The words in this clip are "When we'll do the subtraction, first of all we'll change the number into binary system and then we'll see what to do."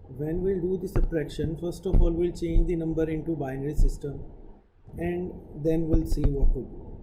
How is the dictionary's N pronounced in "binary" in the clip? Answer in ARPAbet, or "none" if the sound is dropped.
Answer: N